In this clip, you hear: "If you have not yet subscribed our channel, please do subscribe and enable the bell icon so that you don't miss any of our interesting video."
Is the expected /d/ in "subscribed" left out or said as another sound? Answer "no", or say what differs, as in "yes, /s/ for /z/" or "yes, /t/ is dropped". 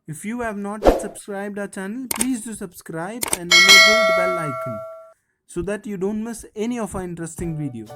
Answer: no